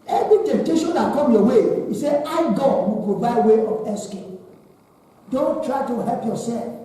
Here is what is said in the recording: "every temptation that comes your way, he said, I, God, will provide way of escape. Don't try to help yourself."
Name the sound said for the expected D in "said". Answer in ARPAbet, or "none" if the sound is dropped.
none